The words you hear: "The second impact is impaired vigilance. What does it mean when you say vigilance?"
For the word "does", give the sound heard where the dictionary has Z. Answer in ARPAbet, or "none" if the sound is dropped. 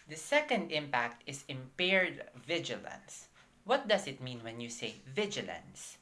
S